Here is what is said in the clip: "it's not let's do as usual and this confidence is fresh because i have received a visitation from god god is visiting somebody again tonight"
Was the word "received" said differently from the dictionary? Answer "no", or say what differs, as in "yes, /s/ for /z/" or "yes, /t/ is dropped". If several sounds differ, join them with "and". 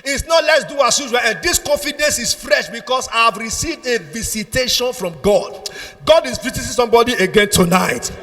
no